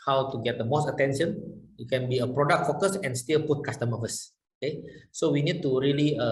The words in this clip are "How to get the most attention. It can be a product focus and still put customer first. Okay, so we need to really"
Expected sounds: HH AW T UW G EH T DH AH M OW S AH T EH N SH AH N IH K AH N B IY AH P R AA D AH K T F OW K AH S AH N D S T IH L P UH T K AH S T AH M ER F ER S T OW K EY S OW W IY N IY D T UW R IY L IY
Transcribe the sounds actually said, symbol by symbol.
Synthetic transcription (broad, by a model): HH AW T UW G EH T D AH M OW S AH T EH N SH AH N IH K AH N B IY AH P R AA D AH K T F OW K AH S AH N S T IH L P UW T K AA S T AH M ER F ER S OW K EY S OW W IY N IY D T UW R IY L IY